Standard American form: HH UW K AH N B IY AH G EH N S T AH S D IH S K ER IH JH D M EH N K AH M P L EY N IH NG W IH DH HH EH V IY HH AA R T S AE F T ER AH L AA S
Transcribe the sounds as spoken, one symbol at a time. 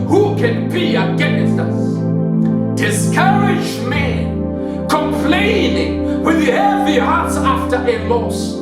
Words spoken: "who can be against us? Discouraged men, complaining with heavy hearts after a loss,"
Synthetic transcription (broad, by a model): HH UW K AH N B IY AH G EH N S T AH S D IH S K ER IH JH M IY K AH M P L EY N IH NG W IH DH HH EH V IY HH AA R T S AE F T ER AH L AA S